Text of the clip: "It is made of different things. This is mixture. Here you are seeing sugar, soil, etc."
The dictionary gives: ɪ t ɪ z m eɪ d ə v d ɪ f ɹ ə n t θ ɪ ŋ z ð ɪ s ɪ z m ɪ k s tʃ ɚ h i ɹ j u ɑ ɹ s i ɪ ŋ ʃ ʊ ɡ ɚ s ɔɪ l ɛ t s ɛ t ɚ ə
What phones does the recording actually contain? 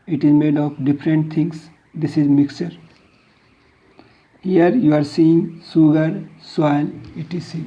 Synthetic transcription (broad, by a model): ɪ t ɪ z m eɪ d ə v d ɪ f ɹ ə n t t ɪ ŋ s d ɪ s ɪ z m ɪ k s tʃ ɚ h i ɹ j u ɑ ɹ s i ɪ ŋ s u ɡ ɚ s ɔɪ n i t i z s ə